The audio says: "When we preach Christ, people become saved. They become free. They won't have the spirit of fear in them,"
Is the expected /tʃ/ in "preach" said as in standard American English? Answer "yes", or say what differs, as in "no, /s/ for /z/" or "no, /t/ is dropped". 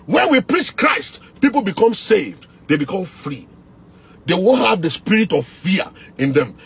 no, /s/ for /tʃ/